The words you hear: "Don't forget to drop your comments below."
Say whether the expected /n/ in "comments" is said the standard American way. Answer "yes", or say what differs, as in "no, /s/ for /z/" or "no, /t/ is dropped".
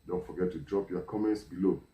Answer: yes